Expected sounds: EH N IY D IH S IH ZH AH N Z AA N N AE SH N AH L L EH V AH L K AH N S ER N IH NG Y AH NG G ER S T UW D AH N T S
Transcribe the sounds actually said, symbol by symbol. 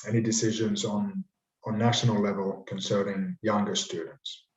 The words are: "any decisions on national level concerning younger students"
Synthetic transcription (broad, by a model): EH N IY D IH S IH ZH AH N Z N N AE SH N AH L L EH V AH L K AH N S ER N IH NG Y AH NG G ER S T UW D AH N T S